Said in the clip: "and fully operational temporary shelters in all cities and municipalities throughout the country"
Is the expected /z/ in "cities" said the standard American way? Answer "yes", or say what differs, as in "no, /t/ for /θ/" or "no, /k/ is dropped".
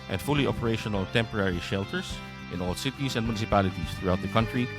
no, /s/ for /z/